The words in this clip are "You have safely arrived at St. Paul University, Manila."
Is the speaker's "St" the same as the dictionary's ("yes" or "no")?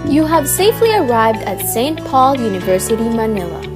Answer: yes